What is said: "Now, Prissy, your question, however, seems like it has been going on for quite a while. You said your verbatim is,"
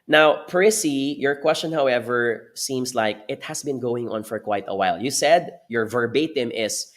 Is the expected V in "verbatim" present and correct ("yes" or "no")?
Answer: yes